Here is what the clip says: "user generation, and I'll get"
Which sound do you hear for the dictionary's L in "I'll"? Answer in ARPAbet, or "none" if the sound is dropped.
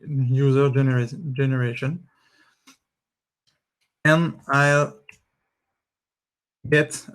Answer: L